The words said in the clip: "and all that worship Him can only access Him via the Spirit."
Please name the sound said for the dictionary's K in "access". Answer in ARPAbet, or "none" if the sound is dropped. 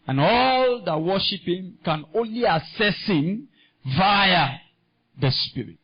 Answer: none